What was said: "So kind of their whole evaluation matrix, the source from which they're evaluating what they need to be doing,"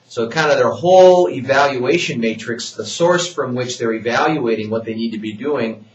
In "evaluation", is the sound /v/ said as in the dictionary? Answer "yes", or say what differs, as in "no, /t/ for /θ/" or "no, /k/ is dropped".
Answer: yes